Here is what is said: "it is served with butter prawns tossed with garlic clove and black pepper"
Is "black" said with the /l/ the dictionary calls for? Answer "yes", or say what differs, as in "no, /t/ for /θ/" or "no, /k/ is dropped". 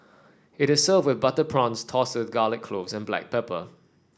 yes